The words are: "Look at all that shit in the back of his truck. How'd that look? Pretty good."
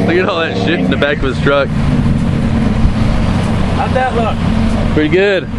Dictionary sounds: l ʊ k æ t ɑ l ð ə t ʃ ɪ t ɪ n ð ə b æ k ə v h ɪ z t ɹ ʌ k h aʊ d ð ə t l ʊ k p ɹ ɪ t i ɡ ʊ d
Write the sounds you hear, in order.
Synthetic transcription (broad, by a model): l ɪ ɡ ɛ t ɑ l ð ə t ʃ ɪ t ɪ n ð ə b æ k ə v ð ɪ s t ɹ ʌ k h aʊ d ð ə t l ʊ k p ɹ ɪ t i ɡ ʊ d